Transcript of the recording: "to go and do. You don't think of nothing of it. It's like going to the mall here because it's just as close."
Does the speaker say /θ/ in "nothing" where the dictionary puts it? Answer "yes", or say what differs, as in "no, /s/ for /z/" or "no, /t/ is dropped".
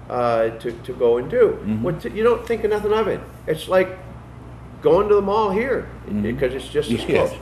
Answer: yes